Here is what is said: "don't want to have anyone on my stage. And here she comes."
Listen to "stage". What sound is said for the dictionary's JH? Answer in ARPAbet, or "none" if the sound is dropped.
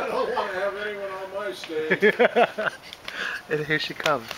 none